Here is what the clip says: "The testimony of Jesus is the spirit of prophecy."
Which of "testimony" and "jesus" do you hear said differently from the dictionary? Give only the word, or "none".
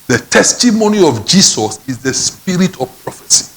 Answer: jesus